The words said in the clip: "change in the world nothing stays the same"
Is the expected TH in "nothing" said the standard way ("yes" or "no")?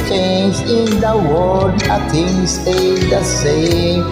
no